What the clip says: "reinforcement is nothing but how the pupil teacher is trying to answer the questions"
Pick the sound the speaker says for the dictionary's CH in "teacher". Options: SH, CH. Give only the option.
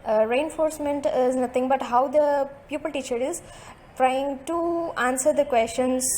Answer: CH